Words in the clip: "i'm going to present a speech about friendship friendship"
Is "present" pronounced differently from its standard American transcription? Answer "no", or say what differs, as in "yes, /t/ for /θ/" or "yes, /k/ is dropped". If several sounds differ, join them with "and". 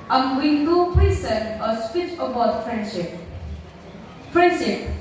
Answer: yes, /s/ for /z/ and /t/ is dropped